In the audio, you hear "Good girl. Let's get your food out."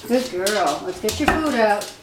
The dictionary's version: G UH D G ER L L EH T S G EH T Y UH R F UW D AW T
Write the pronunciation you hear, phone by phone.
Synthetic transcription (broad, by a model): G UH D G ER L W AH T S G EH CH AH R F UW D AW T